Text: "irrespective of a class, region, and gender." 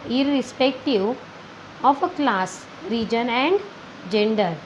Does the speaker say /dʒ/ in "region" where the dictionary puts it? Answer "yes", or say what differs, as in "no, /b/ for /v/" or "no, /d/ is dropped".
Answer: yes